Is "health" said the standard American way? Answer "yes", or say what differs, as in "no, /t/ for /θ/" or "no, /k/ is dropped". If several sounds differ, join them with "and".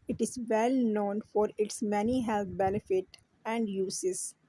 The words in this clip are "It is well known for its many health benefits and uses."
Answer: no, /t/ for /θ/